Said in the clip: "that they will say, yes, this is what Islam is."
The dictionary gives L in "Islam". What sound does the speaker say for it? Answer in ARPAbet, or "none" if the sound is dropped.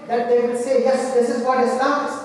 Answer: N